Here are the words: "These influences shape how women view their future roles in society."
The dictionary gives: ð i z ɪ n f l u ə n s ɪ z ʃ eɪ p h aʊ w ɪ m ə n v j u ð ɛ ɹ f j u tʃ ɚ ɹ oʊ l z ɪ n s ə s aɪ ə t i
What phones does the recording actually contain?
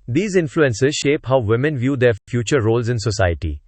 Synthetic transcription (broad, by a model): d i z ɪ n f l u ə n s ɪ z ʃ eɪ p h aʊ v ɪ m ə n v j u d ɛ ɹ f j u tʃ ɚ ɹ oʊ l z ɪ n s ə s aɪ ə t i